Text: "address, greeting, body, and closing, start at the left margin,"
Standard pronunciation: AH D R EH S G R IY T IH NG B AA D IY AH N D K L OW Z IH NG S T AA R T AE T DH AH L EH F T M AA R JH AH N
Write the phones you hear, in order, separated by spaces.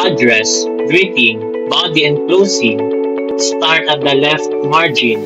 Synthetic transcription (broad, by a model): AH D R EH S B R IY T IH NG B AA D IY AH N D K L OW S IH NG S T AA R T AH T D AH L EH F T M AA R JH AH N